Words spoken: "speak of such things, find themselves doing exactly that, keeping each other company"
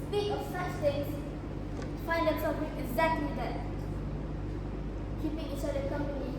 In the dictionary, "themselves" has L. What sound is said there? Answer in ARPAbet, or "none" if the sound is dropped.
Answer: none